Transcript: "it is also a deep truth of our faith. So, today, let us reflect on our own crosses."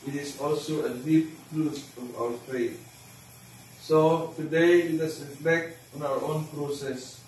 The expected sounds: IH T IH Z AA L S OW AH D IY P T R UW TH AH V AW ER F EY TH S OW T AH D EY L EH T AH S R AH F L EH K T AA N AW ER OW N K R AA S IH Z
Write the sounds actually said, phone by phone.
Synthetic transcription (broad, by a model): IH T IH S AA L S OW AH D IY P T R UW S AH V AW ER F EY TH S OW T AH D EY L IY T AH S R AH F L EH K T AA N AW ER OW N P R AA S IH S